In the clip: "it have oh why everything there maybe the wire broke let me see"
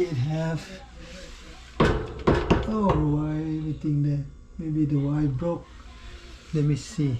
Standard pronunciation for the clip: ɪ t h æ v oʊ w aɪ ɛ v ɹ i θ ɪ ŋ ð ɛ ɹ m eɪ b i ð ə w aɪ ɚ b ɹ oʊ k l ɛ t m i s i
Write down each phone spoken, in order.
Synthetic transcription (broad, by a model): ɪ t h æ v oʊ w aɪ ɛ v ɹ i t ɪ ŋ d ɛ m eɪ b i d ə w aɪ b ɹ oʊ k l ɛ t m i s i